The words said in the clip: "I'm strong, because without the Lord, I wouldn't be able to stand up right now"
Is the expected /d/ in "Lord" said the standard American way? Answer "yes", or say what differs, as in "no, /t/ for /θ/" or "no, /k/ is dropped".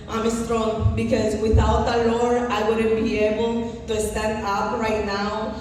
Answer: no, /d/ is dropped